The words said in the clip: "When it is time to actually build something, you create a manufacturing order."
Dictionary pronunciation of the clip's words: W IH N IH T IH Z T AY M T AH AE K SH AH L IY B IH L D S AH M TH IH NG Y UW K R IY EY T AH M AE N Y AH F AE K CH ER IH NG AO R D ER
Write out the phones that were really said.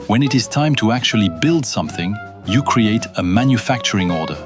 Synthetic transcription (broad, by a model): W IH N IH T IH Z T AY M T AH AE K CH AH L IY B IH L D S AH M TH IH NG Y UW K R IY EY T AH M AE N Y AH F AE K CH ER IH NG AO R D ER